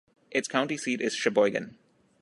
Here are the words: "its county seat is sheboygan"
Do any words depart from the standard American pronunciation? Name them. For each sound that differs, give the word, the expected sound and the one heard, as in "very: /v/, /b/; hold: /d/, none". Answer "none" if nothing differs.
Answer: none